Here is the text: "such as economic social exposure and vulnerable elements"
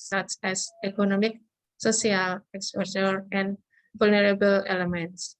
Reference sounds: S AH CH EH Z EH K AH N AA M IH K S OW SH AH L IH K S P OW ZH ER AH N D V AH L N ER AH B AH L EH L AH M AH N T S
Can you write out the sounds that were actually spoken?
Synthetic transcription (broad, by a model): S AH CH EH S EH K AH N AA M IH K S OW S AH L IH K S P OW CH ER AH N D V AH L N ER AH B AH L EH L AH M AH N T S